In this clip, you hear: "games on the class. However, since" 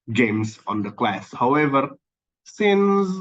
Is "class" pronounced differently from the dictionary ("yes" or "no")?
no